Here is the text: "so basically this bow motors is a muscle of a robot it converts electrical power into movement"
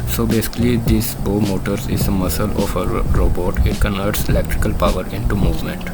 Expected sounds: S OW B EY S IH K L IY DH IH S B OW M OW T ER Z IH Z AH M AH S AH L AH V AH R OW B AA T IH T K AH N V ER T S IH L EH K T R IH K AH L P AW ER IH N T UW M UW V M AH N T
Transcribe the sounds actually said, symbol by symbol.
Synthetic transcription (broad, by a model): S OW B EY S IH K L IY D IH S B OW M OW T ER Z IH Z AH M AH S AH L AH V AH R OW B AA T IH T K AH N V ER T S IH L EH K T R IH K AH L P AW ER IH N T UW M UW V M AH N T